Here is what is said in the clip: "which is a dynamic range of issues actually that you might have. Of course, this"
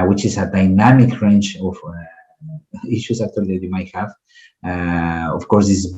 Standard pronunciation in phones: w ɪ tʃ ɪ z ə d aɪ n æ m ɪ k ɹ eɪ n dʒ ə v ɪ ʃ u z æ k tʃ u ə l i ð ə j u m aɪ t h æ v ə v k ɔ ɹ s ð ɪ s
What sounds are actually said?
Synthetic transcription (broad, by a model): w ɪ tʃ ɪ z ə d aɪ n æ m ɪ k ɹ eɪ n tʃ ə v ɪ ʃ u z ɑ k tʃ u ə l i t j u m aɪ t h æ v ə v k ɔ ɹ s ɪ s